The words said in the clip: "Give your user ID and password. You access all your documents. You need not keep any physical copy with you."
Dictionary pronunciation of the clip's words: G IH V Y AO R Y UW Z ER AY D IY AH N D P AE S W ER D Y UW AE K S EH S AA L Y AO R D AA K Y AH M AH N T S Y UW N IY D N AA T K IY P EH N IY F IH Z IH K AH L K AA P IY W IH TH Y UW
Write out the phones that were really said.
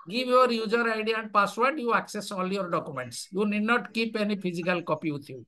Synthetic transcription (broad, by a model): G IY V Y AO R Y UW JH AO AY D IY AH N D P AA S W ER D Y UW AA K S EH S AA L Y AO R D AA K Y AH M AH N T S Y UW N IY D N AA T K IY P EH N IY P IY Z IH K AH L K AA P IY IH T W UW